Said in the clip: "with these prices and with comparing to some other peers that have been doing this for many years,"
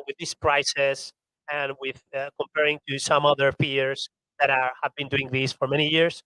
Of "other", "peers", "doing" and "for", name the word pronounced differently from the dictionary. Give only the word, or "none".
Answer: peers